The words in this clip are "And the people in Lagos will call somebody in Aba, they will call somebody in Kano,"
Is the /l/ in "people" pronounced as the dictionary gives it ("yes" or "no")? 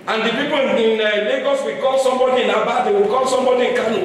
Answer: no